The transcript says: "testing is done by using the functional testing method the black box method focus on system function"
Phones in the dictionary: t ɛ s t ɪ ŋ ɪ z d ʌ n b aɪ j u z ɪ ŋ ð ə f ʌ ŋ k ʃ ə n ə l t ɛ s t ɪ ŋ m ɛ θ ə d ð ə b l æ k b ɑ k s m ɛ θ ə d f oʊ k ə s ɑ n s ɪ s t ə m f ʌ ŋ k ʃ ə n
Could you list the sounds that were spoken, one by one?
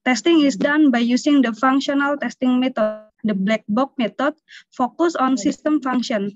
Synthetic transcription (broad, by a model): t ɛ s t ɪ ŋ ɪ s d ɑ n b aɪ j u s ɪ ŋ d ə f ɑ ŋ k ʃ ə n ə l t ɛ s t ɪ ŋ m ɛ t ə d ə b l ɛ k b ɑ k m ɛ t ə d f oʊ k ə s ɑ n s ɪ s t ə m f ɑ ŋ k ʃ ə n